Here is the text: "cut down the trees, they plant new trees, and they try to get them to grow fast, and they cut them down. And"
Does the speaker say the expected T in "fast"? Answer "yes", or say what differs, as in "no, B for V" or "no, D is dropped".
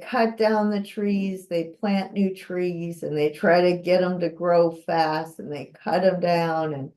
yes